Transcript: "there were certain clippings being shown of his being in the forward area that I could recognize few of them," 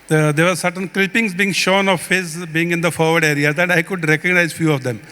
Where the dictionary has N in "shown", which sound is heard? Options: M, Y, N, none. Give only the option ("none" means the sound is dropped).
N